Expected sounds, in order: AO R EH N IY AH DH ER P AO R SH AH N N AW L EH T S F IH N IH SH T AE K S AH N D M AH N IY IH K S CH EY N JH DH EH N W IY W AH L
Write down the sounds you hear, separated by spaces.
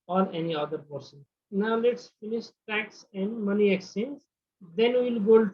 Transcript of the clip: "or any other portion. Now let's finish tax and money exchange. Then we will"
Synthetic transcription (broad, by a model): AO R EH N IY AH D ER P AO R S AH N N AW L EH T S F IH N IH SH T AE K S AH N D M AH N IY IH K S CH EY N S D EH N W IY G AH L